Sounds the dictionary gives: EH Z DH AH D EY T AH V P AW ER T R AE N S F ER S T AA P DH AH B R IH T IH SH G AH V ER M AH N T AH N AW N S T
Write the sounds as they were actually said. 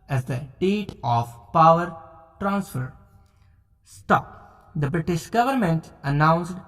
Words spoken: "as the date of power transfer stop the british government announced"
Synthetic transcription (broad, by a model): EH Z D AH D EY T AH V P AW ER T R AE N S F ER S T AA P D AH B R IH T IH SH G AH V ER M AH N T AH N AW N S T